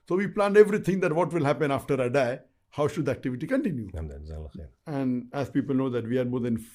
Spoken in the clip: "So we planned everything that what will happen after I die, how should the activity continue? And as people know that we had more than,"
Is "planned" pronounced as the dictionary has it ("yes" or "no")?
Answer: yes